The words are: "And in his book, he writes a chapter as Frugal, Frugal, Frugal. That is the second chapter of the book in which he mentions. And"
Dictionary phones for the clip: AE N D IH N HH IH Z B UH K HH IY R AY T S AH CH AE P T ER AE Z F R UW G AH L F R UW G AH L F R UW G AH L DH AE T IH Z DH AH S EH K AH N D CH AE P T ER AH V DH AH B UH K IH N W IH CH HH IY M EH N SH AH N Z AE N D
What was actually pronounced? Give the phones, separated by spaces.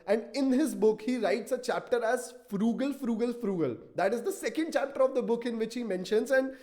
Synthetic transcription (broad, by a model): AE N D IH N HH IH Z B UH K HH IY R AY T S AH CH AE P T ER AE Z F R UW G AH L F R UW G AH L F R UW G AH L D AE T IH Z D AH S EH K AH N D CH AE P T ER AH V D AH B UH K IH N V IH CH HH IY M EH N SH AH N Z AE N D